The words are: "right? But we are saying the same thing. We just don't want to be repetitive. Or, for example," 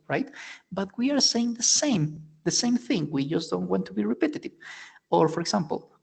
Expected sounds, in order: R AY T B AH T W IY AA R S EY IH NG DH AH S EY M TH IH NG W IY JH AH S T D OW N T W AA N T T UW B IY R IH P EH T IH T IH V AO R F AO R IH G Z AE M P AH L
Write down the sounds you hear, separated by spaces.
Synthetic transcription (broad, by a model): R AY T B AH T W IY AA R S EY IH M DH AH S EY M TH IH NG W IY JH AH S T D OW N T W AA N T T UW B IY R IH P EH T IH T IH V AO R F AO R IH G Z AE M P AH L